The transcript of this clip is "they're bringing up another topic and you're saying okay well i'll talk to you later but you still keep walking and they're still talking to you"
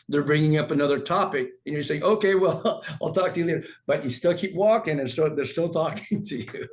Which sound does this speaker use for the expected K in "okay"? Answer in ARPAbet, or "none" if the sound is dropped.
K